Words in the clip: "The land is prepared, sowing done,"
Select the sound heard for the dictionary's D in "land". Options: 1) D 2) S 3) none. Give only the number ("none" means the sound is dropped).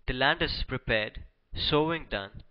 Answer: 1